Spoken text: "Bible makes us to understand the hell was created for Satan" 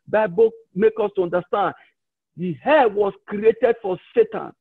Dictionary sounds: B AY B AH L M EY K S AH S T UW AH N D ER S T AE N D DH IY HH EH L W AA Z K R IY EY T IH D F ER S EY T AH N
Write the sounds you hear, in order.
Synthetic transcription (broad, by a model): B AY B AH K M EY K AO S T UW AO N D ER S T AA N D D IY HH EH W AA S K R IY EY T IH D F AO S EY T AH N